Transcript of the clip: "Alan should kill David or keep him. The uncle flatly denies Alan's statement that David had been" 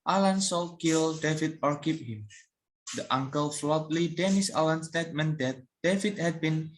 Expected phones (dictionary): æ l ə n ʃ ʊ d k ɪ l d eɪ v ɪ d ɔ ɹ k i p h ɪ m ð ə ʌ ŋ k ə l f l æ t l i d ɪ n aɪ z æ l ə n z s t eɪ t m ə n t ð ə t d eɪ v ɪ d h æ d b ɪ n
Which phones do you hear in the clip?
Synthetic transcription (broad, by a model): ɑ l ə n s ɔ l k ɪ l d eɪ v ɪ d ɔ ɹ k i p h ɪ m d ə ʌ ŋ k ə l f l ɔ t l i d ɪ n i s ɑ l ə n s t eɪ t m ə n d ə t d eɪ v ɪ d h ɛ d b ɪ n